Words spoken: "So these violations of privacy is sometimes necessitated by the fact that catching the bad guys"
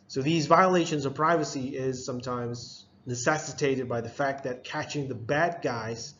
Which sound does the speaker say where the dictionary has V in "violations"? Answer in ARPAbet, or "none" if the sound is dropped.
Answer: V